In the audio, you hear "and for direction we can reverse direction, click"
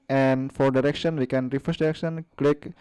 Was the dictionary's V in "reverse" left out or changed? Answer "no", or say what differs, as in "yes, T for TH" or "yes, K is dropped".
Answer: yes, F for V